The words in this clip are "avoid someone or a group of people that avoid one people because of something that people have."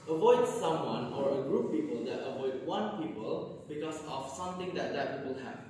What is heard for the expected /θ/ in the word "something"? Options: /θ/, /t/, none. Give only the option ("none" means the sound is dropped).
/t/